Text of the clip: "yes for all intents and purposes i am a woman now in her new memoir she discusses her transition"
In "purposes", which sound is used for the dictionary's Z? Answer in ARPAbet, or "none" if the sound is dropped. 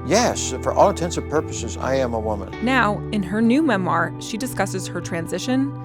Z